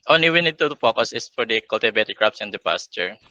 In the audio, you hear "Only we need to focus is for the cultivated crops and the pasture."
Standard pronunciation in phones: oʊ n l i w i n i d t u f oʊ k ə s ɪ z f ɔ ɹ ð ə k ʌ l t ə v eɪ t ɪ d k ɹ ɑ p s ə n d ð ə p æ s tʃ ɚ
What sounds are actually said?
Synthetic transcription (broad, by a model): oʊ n l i w i n i d t u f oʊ k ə s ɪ s f ɔ ɹ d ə k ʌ l t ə b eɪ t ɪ k ɹ ɑ p s ə n d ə p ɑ s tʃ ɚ